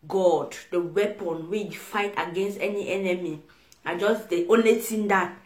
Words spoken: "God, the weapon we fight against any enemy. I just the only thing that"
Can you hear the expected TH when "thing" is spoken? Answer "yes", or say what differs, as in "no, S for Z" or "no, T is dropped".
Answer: no, T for TH